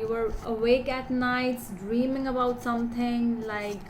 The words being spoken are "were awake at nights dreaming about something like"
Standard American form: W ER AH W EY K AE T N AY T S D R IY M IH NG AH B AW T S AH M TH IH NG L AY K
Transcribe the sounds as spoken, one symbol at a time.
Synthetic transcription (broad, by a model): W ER AH W EY K AE T N AY T S D R IY M IH NG AH B AW T S AH M T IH NG L AY K